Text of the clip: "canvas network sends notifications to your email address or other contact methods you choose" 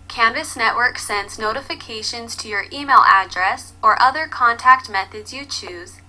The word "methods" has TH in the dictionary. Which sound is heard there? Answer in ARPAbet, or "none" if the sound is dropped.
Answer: TH